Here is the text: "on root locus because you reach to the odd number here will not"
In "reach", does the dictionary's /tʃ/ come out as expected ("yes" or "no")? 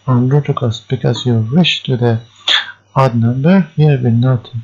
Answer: no